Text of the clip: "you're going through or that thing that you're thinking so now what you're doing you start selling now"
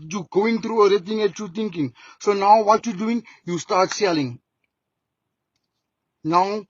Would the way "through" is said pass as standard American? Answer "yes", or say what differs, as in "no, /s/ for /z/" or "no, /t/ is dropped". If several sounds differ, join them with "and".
no, /t/ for /θ/